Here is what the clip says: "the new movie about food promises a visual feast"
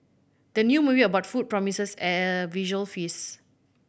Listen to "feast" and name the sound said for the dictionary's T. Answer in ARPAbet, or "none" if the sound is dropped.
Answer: none